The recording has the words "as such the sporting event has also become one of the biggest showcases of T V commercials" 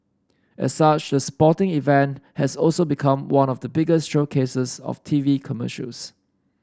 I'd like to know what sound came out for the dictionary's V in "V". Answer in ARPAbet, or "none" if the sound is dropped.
V